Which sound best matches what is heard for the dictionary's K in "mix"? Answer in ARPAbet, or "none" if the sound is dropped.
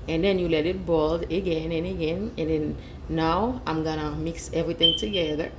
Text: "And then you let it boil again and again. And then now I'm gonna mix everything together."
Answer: K